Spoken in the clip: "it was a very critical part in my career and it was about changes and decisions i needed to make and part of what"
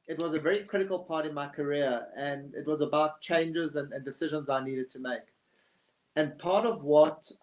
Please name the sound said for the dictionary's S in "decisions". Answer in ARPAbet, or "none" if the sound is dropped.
S